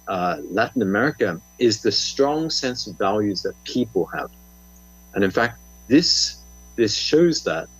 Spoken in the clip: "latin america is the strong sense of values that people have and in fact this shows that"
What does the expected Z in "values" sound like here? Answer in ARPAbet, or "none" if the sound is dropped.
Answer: Z